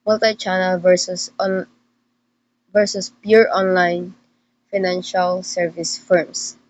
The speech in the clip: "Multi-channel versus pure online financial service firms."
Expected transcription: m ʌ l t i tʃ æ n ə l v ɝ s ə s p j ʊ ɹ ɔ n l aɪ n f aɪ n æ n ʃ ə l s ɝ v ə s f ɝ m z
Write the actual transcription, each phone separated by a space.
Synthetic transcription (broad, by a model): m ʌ l t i tʃ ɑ n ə l v ɝ s ə s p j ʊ ɹ ɔ n l aɪ n f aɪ n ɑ n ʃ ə l s ɝ v ə s f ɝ m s